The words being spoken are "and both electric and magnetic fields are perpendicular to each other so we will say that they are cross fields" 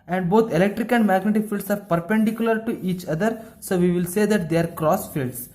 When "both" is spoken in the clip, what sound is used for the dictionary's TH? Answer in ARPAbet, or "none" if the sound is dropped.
T